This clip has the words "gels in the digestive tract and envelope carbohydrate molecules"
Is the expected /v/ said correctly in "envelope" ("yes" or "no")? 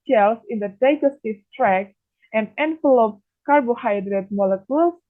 no